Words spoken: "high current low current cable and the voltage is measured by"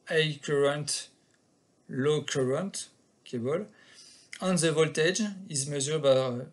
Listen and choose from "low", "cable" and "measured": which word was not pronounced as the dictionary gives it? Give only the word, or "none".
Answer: measured